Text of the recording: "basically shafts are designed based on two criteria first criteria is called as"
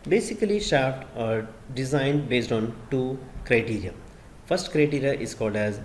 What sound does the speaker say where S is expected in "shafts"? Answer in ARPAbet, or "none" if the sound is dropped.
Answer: none